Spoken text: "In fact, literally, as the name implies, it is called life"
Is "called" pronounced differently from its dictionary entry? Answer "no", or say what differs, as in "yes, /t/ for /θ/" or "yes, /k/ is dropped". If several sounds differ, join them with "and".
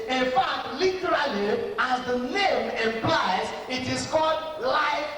no